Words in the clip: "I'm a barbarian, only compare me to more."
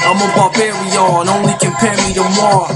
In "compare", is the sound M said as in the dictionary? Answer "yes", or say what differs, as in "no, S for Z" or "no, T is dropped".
no, M is dropped